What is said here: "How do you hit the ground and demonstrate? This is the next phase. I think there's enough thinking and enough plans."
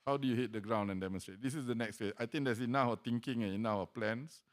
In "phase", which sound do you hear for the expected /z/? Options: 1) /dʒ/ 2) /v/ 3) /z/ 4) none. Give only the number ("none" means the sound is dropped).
4